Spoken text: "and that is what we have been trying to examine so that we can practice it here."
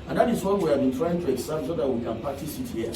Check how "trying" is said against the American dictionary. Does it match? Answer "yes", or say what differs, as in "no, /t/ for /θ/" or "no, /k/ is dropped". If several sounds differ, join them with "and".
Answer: yes